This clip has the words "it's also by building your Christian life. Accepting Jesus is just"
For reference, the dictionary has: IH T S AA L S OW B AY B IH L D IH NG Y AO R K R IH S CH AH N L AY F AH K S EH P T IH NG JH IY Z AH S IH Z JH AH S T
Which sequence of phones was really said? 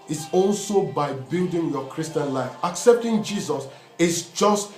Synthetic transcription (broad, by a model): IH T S AA L S OW B AY B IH L D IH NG Y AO K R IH S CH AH N L AY F AH K S EH P T IH NG JH IY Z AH S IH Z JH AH S T